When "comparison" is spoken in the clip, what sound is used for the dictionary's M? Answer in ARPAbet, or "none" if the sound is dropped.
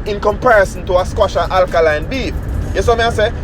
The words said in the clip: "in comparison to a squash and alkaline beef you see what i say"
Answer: M